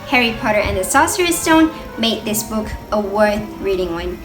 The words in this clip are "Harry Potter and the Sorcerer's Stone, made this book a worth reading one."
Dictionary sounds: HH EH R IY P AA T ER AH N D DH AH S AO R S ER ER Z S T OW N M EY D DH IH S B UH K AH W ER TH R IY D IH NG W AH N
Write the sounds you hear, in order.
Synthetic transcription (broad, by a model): HH EH R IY P AA T ER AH N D DH AH S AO S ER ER S T OW N M EY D DH IH S B UH K AH W ER TH R IY D IH NG W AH N